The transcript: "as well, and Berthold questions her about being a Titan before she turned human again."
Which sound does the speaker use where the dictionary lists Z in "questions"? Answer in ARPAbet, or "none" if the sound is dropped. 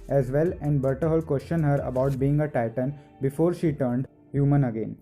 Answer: none